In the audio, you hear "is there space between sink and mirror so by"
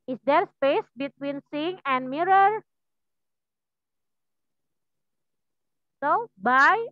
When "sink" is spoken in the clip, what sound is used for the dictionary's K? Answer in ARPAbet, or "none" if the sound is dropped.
none